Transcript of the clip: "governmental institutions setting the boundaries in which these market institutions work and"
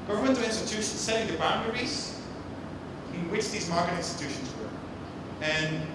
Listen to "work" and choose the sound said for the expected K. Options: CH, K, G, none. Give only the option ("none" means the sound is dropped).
none